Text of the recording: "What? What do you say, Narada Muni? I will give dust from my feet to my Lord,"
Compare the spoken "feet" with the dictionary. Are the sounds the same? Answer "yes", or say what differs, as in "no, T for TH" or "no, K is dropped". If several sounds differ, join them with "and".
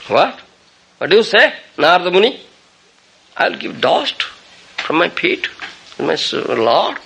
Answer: no, P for F